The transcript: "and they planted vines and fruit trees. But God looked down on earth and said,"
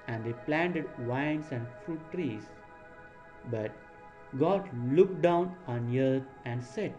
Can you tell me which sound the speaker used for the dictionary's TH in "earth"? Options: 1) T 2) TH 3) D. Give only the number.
1